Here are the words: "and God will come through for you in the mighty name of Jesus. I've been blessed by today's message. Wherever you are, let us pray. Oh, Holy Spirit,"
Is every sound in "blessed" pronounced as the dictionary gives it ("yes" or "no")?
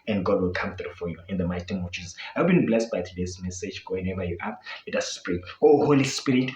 yes